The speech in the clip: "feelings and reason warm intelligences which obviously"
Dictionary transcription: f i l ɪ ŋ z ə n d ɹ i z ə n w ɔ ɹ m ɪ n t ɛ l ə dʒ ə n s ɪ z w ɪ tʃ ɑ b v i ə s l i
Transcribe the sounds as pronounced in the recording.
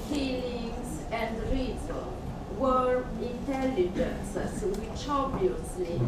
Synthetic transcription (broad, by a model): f i l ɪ ŋ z ə n d ɹ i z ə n w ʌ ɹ ɪ n t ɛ l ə dʒ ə n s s w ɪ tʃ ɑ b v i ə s l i